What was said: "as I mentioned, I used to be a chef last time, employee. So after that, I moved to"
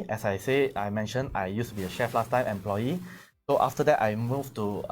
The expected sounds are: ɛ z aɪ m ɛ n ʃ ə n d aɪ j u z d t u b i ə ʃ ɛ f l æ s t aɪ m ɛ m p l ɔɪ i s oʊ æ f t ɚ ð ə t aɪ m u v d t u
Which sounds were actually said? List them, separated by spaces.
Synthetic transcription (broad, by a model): ɛ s aɪ m ɛ n ʃ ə n aɪ j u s t u b i ə ʃ ɛ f l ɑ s t aɪ m ɛ m p l ɔɪ i s oʊ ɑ f t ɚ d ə t aɪ m u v t u